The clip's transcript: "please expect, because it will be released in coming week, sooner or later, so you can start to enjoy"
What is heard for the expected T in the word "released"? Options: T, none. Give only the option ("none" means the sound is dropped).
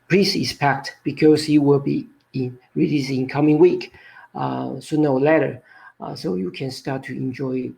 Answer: none